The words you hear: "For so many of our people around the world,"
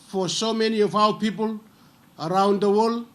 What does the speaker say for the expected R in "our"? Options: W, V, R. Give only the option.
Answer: W